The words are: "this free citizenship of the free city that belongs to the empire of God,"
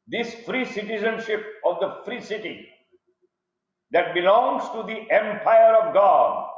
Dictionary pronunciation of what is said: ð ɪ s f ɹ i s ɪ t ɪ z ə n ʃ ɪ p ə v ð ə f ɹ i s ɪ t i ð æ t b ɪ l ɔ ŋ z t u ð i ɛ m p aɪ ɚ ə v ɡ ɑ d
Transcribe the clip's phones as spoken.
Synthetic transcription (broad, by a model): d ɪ s f ɹ i s ɪ t ɪ z ə n ʃ ɪ p ə v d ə f ɹ i s ɪ t i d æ t b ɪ l ɔ ŋ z t u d i ɛ m p aɪ ɚ ə v ɡ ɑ d